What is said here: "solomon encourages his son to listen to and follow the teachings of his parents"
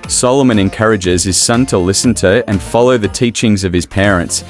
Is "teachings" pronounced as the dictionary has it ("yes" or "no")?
yes